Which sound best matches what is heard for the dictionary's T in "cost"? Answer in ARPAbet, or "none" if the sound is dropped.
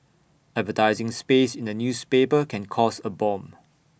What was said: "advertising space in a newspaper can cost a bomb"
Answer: none